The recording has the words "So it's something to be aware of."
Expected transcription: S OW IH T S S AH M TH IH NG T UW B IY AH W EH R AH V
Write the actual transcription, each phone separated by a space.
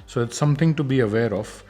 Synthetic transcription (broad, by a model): S OW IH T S S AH M T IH NG T UW B IY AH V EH R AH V